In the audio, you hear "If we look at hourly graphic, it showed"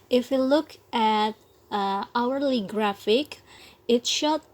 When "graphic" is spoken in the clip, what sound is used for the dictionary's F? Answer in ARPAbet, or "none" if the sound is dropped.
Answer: F